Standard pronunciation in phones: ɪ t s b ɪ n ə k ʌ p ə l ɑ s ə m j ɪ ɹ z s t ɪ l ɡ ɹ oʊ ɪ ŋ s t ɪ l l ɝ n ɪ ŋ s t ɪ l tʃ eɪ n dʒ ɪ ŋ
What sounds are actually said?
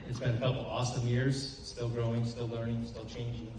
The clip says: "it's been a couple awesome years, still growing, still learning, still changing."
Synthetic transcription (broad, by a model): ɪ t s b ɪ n ə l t f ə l ɑ s ə m j ɪ ɹ z s t ɪ l ɡ ɹ oʊ ɪ ŋ s t ɪ l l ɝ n ɪ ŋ s t ɪ l tʃ eɪ n dʒ ɪ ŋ